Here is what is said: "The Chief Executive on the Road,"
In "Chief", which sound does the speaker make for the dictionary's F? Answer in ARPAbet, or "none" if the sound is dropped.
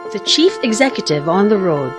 F